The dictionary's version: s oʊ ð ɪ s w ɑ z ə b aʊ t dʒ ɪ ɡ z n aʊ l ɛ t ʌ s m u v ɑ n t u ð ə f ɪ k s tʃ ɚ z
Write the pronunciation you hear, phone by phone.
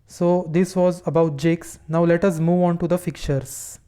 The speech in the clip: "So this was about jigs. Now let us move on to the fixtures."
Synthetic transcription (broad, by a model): s oʊ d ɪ s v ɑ z ə b aʊ t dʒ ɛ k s n aʊ l ɛ t ʌ s m u v ɑ n t u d ə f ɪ k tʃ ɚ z